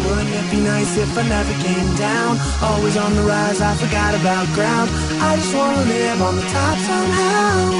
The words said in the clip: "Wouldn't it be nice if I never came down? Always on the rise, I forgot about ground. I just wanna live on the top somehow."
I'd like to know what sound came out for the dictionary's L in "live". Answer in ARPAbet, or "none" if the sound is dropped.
N